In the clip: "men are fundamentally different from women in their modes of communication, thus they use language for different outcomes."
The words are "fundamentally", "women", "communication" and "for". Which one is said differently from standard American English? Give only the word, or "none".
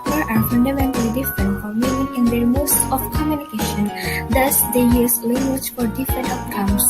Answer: women